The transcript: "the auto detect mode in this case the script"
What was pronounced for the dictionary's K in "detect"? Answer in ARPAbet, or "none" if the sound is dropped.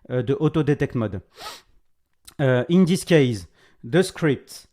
K